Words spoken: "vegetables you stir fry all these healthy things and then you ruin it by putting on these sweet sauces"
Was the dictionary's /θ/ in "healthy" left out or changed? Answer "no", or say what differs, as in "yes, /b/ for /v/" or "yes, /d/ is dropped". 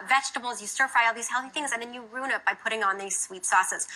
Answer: no